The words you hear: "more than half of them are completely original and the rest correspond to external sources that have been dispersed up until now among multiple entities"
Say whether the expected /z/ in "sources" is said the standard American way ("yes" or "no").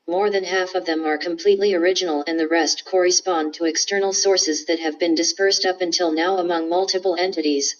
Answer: yes